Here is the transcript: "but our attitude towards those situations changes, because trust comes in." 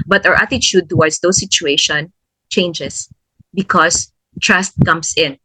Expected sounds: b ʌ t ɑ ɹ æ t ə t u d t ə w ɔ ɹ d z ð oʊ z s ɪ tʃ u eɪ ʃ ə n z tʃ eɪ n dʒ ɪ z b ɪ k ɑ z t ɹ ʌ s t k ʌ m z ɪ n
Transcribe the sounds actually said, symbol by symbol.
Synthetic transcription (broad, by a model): b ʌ t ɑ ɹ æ t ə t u d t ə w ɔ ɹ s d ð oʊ s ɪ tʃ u eɪ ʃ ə n tʃ eɪ n dʒ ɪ s b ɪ k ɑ s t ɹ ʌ s t k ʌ m s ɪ n